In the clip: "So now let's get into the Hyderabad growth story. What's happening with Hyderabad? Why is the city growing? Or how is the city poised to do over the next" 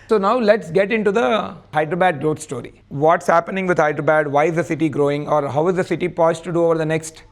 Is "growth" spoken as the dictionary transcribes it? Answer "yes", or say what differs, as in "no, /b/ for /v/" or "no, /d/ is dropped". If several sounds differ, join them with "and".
no, /t/ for /θ/